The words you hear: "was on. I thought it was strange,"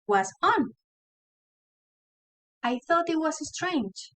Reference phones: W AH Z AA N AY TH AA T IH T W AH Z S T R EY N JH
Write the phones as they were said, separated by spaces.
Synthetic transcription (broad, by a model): W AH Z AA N AY TH AA T IH T W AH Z S T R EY N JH